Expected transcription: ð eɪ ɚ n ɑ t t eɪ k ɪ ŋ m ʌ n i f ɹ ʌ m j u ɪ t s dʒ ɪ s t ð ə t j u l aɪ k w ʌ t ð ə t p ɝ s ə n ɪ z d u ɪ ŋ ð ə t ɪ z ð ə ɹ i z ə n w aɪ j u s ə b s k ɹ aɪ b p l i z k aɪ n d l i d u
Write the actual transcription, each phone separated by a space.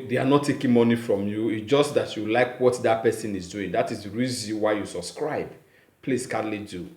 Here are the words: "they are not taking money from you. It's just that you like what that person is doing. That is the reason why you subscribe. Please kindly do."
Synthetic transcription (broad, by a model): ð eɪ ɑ n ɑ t t eɪ k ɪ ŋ m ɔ n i f ɹ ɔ m j u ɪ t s dʒ ɪ s t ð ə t j u l aɪ k w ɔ t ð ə t p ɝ s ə n ɪ z d u ɪ ŋ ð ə t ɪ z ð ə ɹ i z ə n w aɪ j u s ə b s k ɹ aɪ b p l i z k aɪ d l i d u